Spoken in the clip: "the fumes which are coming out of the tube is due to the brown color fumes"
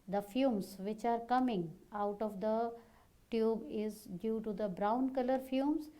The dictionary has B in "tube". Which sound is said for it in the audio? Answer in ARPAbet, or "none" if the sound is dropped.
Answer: B